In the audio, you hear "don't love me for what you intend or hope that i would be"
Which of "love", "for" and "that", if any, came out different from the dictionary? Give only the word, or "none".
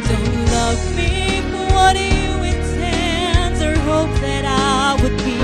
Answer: for